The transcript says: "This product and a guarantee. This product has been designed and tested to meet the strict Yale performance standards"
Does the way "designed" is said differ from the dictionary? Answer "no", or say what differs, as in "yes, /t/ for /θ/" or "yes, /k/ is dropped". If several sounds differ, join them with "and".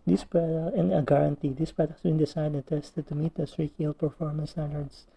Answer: yes, /s/ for /z/ and /n/ is dropped